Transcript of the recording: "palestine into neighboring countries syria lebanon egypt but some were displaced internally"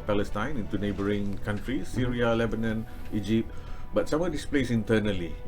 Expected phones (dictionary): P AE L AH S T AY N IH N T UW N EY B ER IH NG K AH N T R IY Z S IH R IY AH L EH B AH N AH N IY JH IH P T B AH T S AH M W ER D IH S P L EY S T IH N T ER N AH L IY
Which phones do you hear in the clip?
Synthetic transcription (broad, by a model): P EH L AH S T AY N IH N T UW N EY B ER IH NG K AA N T R IY S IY R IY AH L EH B AH N AH N IY JH IH P T B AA T S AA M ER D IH S P L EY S IH N T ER N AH L IY